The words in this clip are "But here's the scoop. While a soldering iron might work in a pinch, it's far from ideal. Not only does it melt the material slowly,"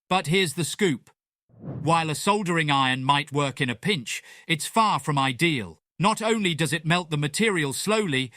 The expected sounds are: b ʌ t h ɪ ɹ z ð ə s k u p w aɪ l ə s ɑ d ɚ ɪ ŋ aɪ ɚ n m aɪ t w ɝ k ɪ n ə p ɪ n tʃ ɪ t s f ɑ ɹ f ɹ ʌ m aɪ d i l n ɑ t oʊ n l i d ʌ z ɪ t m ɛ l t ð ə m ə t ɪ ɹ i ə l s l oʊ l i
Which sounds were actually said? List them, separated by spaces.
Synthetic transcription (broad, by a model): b ʌ t h ɪ ɹ z ð ə s k u p w aɪ l ə s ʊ d ɚ ɪ ŋ aɪ ɚ n m aɪ t w ɝ k ɪ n ə p ɪ n tʃ ɪ t s f ɑ ɹ f ɹ ʌ m aɪ d i l n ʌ t oʊ n l i d ʌ z ɪ t m ɛ l t ð ə m ə t ɪ ɹ i ə l s l oʊ l i